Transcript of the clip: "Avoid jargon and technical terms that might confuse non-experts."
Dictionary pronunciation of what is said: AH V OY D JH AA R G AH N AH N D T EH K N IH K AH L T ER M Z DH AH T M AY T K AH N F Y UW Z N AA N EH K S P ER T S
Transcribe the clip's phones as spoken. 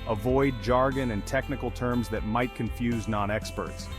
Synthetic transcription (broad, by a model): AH V OY D JH AA R G AH N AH N T EH K N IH K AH L T ER M Z DH AH T M AY T K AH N F Y UW Z N AA N EH K S P ER T S